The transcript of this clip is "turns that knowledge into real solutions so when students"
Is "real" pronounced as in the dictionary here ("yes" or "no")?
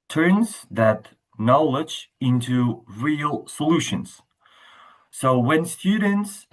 yes